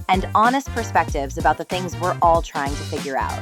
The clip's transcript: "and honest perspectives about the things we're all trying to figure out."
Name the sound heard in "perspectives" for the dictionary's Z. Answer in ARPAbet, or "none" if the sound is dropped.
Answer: Z